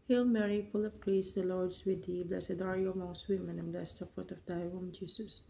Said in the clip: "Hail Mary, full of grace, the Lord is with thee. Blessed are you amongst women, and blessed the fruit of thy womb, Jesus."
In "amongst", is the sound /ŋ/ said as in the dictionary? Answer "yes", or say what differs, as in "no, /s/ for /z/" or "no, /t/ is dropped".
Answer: no, /ŋ/ is dropped